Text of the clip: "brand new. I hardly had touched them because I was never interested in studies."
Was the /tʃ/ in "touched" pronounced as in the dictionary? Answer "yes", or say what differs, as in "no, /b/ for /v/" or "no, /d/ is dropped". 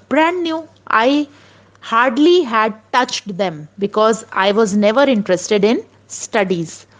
yes